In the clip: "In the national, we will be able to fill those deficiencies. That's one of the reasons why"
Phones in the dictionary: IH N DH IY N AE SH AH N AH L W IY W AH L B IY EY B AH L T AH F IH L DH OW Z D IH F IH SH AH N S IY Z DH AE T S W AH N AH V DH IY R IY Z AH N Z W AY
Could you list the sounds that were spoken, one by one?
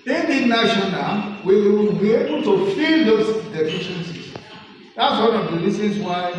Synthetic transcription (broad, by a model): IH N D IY N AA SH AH N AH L W IY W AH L B IY EY B AH L T AH F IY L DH OW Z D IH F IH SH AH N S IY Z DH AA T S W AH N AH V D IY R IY S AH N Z W AY